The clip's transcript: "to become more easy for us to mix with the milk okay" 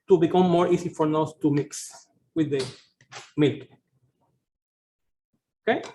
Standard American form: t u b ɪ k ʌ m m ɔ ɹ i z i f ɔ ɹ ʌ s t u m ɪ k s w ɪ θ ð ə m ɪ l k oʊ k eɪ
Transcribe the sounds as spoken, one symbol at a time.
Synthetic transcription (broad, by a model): t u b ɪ k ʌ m m ɔ ɹ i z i f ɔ ɹ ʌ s t u m ɪ k s w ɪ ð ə m ɪ l k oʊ k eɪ